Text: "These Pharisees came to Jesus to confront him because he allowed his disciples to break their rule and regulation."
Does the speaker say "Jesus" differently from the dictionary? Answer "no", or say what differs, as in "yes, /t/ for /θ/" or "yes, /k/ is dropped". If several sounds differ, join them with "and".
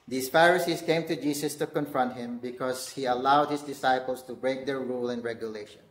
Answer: yes, /s/ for /z/